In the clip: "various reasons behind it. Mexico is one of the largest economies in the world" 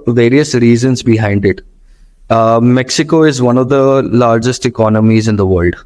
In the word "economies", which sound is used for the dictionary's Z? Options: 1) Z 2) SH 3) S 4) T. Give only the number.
1